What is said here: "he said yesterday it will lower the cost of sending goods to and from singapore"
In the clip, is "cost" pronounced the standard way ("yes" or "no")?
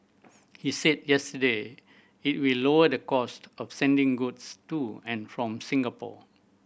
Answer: yes